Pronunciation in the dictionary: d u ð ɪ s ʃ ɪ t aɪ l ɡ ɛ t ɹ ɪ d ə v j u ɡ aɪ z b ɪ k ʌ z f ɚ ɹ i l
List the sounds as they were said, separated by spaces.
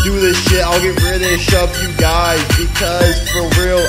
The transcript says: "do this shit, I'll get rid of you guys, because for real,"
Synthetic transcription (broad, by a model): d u ð ɪ s ʃ ɪ t aɪ l ɡ ɛ t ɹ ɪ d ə p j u ɡ aɪ z b ɪ k ʌ z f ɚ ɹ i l